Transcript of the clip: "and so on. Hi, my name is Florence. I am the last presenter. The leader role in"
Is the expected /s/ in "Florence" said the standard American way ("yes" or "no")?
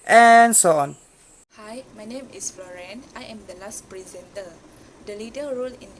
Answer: no